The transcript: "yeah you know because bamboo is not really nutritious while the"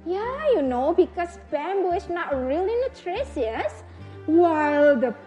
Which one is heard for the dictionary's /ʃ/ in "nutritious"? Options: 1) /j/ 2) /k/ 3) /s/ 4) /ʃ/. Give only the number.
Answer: 3